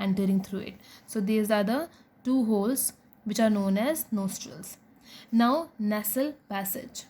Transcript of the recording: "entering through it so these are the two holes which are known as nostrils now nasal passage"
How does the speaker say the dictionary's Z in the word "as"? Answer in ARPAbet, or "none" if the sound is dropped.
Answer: Z